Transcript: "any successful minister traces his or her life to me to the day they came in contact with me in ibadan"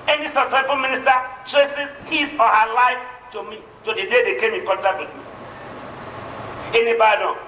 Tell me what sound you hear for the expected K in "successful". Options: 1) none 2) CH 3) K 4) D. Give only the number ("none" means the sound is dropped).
1